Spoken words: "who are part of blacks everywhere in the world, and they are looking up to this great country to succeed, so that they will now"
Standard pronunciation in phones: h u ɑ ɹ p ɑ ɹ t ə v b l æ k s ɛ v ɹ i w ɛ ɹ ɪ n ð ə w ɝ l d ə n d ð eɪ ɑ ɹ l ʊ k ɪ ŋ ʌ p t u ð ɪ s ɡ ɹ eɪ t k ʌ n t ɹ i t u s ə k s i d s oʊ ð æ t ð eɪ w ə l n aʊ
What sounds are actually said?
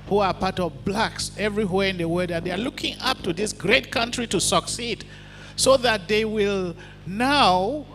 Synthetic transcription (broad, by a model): h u ɑ ɹ p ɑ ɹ t ə v b l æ k s ɛ v ɹ i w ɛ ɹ ɪ n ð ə w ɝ d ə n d ð eɪ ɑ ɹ l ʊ k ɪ ŋ ʌ p t u ð ɪ s ɡ ɹ eɪ t k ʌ n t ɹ i t u s ə k s i d s oʊ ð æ t ð eɪ w ə l n aʊ